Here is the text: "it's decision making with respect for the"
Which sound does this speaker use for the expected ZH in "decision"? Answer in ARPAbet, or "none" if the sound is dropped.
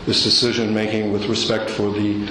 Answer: ZH